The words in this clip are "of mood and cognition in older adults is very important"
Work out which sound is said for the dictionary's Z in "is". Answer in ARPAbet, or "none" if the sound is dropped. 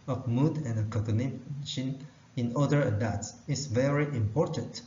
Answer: S